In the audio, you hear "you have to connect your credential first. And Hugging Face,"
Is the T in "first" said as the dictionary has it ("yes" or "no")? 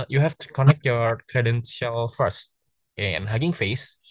yes